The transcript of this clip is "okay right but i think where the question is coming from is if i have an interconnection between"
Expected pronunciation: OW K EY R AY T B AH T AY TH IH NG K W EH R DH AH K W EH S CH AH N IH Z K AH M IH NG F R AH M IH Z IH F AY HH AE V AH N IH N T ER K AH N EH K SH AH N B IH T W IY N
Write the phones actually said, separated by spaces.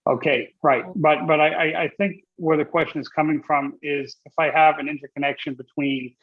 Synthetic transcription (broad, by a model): OW K EY R AY T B AH T AY TH IH NG K W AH R DH AH K W EH S CH AH N IH Z K AH M IH NG F R AH M IH Z IH F AY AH V AH N IH N T ER K AH N EH K SH AH N B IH T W IY N